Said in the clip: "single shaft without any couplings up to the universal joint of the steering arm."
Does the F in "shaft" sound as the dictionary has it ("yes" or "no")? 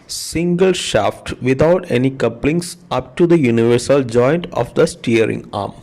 yes